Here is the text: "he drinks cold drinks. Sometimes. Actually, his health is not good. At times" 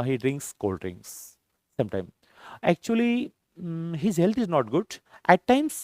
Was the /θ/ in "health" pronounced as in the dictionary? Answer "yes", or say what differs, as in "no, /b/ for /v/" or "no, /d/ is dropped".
no, /t/ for /θ/